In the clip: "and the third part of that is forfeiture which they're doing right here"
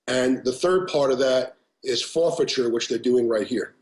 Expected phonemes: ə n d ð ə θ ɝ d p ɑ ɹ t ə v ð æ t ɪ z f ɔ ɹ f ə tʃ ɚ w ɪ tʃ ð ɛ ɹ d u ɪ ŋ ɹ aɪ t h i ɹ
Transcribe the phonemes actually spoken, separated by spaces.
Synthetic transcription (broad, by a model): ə n ð ə θ ɝ d p ɑ ɹ t ə v ð æ t ɪ z f ɔ ɹ f ə tʃ ɚ w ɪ tʃ ð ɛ ɹ d u ɪ ŋ ɹ aɪ t h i ɹ